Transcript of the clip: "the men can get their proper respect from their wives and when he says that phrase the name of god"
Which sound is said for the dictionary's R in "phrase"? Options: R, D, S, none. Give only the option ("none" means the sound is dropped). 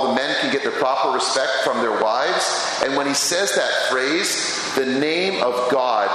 R